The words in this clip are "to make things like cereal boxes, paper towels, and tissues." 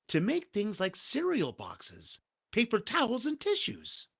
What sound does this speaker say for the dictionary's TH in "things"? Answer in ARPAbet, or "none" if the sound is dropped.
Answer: TH